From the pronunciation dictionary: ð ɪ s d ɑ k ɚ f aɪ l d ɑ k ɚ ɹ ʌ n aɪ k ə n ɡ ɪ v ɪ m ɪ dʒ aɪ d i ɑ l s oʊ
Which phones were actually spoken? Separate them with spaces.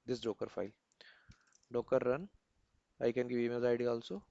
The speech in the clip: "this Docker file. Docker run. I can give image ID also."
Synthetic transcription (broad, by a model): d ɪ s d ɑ k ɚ f aɪ l d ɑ k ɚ ɹ ʌ n aɪ k ə n ɡ ɪ v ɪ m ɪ z aɪ d i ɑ l s oʊ